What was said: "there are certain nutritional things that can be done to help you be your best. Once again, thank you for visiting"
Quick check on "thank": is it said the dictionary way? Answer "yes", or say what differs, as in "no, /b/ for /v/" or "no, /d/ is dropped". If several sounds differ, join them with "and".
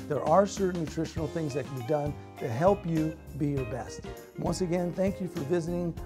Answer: yes